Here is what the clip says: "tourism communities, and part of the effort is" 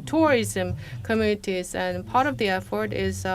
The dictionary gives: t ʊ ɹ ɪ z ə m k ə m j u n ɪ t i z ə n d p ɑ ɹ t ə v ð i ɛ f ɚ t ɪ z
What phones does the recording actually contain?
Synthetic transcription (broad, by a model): t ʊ ɹ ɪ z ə m k ə m j u n ɪ t i z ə n p ɑ ɹ t ə v ð i ɛ f ɚ t ɪ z